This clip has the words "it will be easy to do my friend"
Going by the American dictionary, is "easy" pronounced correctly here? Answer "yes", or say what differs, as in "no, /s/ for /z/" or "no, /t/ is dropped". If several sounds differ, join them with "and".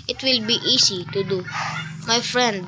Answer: no, /s/ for /z/